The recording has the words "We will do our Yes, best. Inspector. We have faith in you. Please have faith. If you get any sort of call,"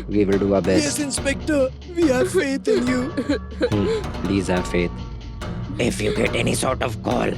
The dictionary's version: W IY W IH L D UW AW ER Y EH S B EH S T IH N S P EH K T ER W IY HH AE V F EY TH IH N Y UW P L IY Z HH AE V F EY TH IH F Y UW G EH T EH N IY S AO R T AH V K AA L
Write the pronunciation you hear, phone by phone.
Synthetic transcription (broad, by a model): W IY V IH L D UW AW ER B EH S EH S IH N S P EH K T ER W IY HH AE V F EY T IH N Y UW P L IY Z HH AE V F EY T IH F Y UW G EH T EH N IY S AO R T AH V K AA L